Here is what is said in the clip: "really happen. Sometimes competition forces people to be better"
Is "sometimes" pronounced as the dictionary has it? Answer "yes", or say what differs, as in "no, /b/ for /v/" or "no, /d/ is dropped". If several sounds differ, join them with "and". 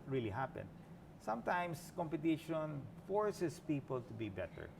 no, /s/ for /z/